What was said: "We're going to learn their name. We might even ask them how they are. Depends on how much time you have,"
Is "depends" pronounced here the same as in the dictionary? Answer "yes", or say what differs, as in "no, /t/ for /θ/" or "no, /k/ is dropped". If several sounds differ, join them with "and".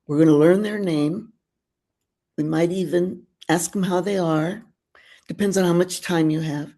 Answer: yes